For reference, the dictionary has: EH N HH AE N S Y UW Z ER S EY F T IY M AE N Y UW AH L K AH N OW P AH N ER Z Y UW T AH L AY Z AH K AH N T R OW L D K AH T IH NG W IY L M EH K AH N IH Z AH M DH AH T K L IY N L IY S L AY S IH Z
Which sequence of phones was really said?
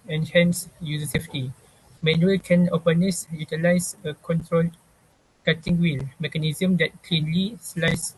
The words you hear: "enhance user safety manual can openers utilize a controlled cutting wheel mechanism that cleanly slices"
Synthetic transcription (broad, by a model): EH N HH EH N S Y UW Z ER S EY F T IY M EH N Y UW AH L K AH N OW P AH N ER S Y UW T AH L AY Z AH K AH N T R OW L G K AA T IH NG W IY L M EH K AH N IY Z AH M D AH T K L IY N L IY S L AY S